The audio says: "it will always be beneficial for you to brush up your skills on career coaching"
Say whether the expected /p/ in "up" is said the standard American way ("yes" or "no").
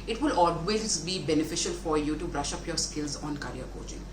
yes